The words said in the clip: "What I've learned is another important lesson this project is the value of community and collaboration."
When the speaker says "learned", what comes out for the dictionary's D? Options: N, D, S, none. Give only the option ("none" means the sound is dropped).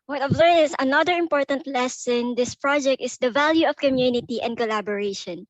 none